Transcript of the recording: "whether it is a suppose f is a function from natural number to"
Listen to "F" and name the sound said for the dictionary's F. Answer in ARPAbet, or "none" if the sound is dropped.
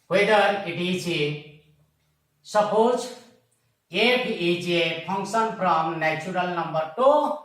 P